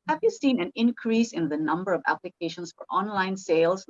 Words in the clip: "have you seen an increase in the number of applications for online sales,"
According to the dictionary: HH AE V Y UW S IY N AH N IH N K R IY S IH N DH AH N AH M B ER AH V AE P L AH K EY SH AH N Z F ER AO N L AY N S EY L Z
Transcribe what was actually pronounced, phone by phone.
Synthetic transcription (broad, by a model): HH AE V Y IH S IY N AH N IH N K R IY S IH N DH AH N AH M B ER AH V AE P L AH K EY SH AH N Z F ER AO N L AY N S EY L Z